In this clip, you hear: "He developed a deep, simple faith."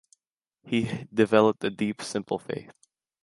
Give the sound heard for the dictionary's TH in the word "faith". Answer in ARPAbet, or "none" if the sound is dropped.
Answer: TH